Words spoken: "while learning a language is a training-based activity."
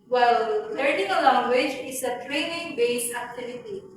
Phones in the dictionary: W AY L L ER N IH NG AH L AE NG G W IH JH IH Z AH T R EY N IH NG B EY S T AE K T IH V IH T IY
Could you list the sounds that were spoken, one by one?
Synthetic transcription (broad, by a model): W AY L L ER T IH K AH L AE NG G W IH JH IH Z AH T R EY N IH NG B EY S AE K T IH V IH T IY